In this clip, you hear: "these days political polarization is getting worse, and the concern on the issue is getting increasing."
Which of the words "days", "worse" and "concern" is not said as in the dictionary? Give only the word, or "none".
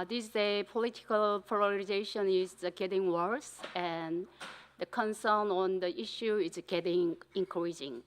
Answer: days